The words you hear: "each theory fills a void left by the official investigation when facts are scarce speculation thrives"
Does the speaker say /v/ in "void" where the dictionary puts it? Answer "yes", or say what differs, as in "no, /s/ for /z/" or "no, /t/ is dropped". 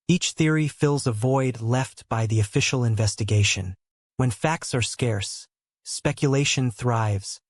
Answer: yes